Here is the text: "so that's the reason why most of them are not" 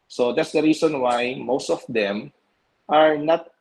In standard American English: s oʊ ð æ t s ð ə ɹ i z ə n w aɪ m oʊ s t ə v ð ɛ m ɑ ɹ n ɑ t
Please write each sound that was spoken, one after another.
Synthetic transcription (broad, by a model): s oʊ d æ t s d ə ɹ i s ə n w aɪ m oʊ s t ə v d ɛ m ɑ ɹ n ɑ t